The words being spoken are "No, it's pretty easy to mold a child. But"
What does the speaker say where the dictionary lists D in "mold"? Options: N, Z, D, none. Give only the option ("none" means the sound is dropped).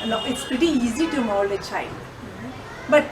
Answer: none